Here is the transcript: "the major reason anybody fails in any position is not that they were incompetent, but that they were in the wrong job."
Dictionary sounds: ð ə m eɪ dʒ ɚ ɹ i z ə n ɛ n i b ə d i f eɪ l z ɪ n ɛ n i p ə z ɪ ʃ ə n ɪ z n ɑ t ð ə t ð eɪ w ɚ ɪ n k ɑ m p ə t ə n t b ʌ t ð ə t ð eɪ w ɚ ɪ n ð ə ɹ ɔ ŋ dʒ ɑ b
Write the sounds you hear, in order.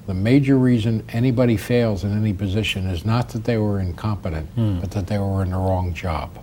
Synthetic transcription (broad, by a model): ð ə m eɪ dʒ ɚ ɹ i z ə n ɛ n i b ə d i f eɪ l z ɪ n ɛ n i p ə z ɪ ʃ ə n ɪ z n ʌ t ð ə t ð eɪ w ɚ ɪ n k ɑ m p ə t ə n t b ʌ t ð ə t ð eɪ w ɚ ɪ n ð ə ɹ ɔ ŋ dʒ ɑ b